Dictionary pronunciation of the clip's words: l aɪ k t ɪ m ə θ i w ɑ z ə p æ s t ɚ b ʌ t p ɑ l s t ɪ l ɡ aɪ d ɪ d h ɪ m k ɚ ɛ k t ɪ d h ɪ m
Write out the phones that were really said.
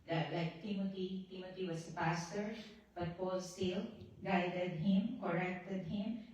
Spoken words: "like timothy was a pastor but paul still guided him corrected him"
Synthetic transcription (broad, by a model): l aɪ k t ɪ m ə t i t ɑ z ə p æ s t ɚ b ʌ t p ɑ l s t ɪ l ɡ aɪ d ɪ d h ɪ m k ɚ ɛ k t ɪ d h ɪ m